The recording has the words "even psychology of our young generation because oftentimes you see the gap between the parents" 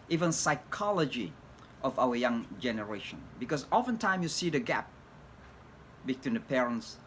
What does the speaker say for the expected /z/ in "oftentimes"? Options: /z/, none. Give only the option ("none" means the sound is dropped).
none